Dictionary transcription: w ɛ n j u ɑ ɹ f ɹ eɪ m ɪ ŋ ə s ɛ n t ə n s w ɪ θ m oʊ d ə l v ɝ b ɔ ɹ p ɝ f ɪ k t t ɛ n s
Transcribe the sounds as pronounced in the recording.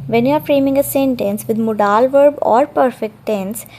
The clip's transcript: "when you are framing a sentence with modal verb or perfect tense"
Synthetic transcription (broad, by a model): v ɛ n j u ɑ ɹ f ɹ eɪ m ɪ ŋ ə s ɛ n t ə n s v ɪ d m oʊ d ə l v ɝ b ɔ ɹ p ɝ f ɪ k t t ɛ n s